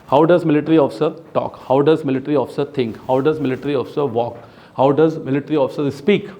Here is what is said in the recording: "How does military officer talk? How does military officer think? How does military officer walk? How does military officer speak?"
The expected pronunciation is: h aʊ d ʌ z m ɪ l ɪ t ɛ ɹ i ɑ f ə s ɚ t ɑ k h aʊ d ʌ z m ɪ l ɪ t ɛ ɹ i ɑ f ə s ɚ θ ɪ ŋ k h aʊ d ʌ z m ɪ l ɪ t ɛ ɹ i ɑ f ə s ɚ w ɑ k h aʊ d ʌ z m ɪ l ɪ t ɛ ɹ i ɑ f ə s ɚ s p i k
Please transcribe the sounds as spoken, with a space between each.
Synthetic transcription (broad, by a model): h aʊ d ʌ z m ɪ l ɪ t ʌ ɹ i ɑ f ə s ɚ t ɑ k h aʊ d ʌ z m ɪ l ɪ t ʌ ɹ i ɑ f ə s ɚ t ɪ ŋ k h aʊ d ʌ z m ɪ l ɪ t ɹ i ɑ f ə s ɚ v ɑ k h aʊ d ʌ z m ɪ l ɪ t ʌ ɹ i ɑ f ə s ɚ s p i k